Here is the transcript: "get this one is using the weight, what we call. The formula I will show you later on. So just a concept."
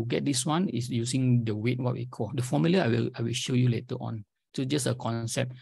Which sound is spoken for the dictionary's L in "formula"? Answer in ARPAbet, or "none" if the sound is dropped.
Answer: W